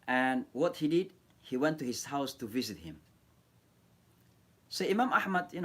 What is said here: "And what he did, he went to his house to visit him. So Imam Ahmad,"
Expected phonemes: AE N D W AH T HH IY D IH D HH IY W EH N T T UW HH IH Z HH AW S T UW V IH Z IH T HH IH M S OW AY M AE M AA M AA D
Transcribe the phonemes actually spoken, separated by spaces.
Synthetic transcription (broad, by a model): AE N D W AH T HH IY D IH D HH IY W EH N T T UW HH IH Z HH AW S T UW V IH Z IH T HH IH M S OW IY M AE M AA M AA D